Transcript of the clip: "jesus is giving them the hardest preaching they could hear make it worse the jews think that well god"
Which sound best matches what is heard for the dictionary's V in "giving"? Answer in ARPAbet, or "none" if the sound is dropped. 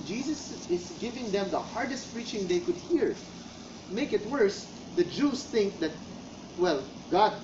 V